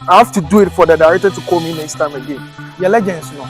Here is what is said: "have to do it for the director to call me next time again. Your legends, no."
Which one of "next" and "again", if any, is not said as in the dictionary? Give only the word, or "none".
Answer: next